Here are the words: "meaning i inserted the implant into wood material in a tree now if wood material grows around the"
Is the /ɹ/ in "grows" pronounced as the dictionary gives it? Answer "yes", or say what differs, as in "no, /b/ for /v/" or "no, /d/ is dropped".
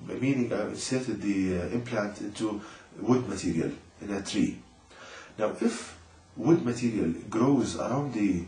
yes